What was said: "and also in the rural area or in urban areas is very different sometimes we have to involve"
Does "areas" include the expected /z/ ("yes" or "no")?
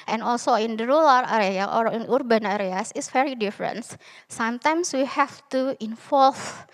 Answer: no